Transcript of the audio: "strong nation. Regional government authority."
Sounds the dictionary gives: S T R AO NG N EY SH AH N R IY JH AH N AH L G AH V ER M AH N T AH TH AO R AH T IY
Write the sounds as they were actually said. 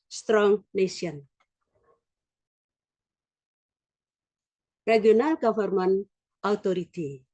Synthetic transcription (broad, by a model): S T R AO NG N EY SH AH N R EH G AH N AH L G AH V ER M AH N AH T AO R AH T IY